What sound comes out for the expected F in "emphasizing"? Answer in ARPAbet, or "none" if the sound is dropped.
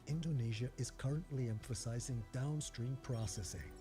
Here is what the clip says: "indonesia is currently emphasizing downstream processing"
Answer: F